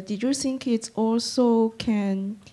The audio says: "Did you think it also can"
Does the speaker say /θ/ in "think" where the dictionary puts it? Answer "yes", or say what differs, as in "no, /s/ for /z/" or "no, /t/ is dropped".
no, /s/ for /θ/